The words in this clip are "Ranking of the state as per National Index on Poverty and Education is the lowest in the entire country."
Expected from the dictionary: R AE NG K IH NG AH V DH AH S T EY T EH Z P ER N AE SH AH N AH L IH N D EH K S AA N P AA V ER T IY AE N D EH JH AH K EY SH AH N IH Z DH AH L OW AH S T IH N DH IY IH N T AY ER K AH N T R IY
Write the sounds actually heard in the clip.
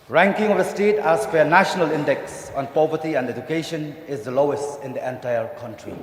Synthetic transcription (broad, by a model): R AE NG K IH NG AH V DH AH S T EY T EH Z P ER N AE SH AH N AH L IH N D EH K S AA N P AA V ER T IY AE N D EH JH AH K EY SH AH N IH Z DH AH L OW AH S T IH N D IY IH N T AY ER K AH N T R IY